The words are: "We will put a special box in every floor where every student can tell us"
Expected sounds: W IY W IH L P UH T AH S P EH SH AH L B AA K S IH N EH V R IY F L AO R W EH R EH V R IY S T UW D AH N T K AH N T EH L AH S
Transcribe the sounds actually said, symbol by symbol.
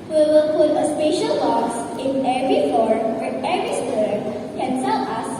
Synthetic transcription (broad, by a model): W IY W IH L P UH T AH S P EH SH AH L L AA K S IH N EH V R IY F AO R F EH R EH V R IY S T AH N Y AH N S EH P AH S